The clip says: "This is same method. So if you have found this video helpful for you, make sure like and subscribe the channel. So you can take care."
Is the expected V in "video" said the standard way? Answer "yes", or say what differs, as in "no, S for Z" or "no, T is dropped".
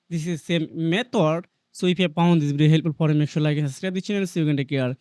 no, B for V